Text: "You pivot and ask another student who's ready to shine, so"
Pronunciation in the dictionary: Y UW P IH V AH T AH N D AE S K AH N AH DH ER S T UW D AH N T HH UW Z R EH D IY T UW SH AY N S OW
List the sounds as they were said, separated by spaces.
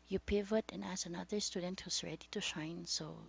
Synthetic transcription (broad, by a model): Y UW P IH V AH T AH N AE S AH N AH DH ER S T UW D AH N T HH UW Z R EH D IY T UW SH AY N S OW